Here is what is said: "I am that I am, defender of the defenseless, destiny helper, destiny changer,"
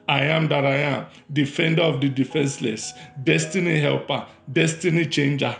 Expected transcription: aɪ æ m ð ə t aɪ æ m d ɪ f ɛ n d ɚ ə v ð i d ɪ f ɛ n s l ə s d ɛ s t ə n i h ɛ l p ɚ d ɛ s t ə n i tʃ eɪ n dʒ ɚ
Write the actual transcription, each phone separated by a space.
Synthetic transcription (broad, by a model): aɪ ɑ m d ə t aɪ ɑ m d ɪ f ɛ n d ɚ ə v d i d ɪ f ɛ n s l ə s d ɛ s t ə n i h ɛ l p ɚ d ɛ s t ə n i tʃ eɪ n dʒ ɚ